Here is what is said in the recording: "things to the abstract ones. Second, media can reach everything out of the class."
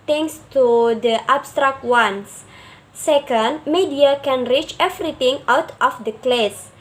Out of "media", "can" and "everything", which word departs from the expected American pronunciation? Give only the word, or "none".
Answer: everything